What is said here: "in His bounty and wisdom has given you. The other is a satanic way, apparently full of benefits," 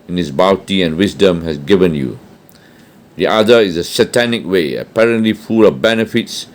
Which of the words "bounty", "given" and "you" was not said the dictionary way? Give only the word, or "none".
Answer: bounty